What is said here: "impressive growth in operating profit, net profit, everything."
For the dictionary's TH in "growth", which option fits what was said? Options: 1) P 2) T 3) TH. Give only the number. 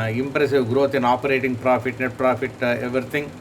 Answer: 2